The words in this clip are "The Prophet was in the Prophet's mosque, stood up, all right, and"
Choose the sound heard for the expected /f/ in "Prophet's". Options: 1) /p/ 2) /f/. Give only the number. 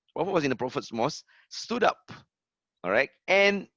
2